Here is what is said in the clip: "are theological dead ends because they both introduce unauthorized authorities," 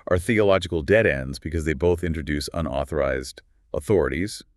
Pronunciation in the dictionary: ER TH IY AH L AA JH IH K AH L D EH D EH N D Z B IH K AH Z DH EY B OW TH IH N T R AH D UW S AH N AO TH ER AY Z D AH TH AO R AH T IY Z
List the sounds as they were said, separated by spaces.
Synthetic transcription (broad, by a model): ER TH IY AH L AA JH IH K L D EH D EH N D Z B IH K AH Z DH EY B OW TH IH N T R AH D UW S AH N AO TH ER AY Z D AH TH AO R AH T IY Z